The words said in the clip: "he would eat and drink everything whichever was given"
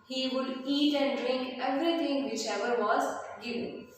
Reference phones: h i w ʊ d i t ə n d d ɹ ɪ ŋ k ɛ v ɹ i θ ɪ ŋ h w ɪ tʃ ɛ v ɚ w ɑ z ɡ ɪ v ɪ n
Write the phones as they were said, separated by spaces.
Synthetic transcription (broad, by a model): h i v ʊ d i t ə n d d ɹ ɪ ŋ k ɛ v ɹ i t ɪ ŋ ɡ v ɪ tʃ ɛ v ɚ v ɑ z ɡ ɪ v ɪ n